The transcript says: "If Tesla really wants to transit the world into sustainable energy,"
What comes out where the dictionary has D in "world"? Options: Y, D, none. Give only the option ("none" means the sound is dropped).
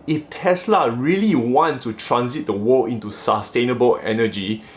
none